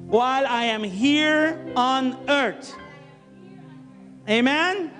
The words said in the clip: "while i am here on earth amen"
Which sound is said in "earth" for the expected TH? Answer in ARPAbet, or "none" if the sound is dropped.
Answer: T